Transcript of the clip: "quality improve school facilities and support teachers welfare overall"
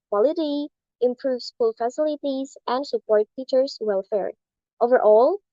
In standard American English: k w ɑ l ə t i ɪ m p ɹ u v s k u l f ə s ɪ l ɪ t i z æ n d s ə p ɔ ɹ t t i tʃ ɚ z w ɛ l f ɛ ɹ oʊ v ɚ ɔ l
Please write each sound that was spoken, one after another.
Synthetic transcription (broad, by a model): k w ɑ l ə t i ɪ m p ɹ u v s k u l f ə s ɪ l ɪ t i z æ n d s ə p ɔ ɹ t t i tʃ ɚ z w ɛ l f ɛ ɹ oʊ v ɚ ɔ l